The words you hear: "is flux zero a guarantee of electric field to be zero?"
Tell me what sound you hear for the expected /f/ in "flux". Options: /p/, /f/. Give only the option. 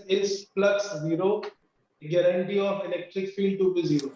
/p/